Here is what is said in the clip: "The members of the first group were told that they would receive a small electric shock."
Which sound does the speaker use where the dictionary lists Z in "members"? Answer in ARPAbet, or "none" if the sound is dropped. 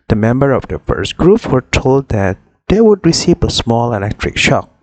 none